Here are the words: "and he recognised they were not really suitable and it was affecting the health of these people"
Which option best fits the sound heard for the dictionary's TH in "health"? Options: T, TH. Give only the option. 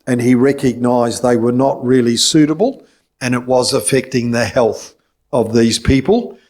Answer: TH